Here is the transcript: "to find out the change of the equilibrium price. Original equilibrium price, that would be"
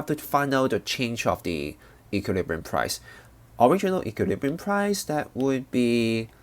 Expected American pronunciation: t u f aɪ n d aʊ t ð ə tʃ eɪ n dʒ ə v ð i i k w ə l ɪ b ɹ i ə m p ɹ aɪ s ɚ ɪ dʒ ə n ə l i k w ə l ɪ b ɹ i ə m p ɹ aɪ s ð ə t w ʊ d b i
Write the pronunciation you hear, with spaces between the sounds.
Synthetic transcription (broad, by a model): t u f aɪ n ʌ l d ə tʃ eɪ n dʒ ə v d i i k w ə l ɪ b ɹ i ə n p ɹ aɪ s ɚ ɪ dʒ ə n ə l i k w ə l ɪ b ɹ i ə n p ɹ aɪ s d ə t w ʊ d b i